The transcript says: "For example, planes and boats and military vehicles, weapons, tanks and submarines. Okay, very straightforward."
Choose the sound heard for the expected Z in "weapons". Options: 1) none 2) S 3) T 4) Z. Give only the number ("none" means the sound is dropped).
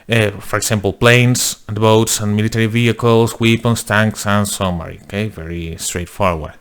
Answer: 2